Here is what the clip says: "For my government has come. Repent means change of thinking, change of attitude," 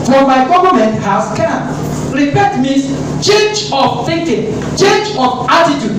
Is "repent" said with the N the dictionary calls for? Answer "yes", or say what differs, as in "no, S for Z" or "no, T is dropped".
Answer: no, N is dropped